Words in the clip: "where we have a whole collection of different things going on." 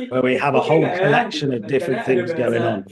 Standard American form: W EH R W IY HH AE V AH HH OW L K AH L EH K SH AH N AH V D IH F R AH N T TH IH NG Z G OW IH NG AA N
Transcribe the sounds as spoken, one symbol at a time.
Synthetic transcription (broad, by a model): W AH W IY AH V AH HH OW L K AH L EH K SH AH N AH V D IH F R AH N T TH IH NG Z G OW IH NG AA N